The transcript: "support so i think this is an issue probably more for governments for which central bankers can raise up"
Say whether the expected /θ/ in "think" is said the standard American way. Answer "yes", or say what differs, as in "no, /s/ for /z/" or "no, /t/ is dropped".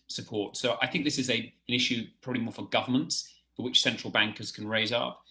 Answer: yes